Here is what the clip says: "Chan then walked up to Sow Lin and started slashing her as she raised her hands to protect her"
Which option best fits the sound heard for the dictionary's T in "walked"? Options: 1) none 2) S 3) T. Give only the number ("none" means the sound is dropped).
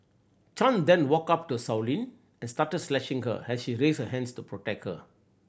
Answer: 1